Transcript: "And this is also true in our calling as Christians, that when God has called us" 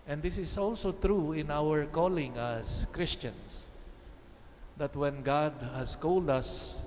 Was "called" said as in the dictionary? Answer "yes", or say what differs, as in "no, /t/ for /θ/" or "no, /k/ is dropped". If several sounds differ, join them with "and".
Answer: yes